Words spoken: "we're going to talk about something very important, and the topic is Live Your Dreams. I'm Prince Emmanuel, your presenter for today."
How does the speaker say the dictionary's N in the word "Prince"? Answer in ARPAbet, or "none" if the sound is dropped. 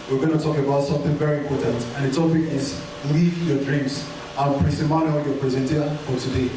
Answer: none